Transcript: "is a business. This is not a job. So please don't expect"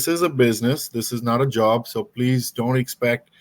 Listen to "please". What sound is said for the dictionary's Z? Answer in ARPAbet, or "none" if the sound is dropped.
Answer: Z